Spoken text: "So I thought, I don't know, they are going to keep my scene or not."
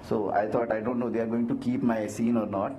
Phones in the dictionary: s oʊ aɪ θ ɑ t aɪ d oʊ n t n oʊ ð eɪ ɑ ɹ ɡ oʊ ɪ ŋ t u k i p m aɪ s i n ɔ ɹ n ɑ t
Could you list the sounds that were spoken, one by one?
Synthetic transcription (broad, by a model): s oʊ aɪ t ɑ t aɪ d oʊ n t n oʊ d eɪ ɑ ɹ ɡ oʊ ɪ ŋ t u k i p m aɪ s i n ɔ ɹ n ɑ t